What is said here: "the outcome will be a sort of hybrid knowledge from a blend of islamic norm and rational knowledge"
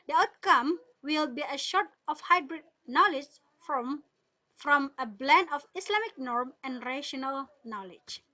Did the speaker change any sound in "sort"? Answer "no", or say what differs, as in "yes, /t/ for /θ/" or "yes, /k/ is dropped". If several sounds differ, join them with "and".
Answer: yes, /ʃ/ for /s/